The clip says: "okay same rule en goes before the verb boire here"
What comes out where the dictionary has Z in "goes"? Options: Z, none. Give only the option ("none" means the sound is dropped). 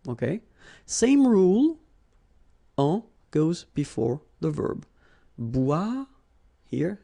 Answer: Z